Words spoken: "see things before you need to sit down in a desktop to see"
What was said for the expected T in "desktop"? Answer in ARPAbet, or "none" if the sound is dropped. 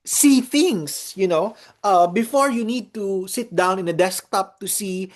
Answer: T